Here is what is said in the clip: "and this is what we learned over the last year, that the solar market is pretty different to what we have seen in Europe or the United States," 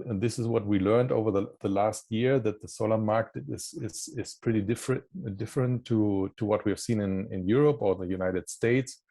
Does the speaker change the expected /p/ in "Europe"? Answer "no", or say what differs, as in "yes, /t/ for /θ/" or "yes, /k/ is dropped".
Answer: no